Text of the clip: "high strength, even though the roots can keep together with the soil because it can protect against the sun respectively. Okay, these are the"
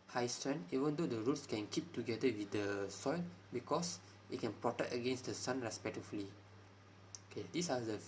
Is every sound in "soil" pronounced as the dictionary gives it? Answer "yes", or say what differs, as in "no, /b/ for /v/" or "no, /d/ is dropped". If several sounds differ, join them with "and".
yes